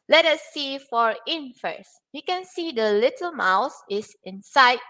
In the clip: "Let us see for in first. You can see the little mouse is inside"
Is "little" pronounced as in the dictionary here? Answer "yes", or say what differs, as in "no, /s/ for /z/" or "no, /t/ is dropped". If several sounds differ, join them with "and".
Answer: yes